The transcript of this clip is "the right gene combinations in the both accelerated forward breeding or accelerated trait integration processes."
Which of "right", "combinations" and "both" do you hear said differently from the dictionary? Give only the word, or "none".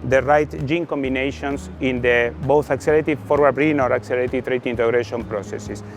combinations